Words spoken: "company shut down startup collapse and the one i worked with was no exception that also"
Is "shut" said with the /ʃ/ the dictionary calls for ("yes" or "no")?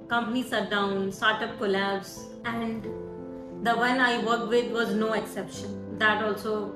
no